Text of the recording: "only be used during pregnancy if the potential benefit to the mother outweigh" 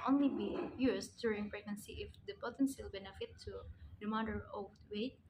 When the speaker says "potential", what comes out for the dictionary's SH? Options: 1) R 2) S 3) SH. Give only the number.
2